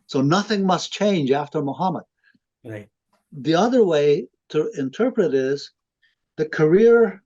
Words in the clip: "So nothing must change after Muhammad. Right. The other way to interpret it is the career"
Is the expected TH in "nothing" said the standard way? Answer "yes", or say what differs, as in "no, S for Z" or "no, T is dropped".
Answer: yes